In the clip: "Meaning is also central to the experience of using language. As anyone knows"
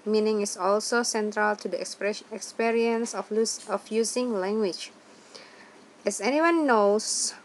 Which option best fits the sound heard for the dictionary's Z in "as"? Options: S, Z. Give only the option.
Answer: S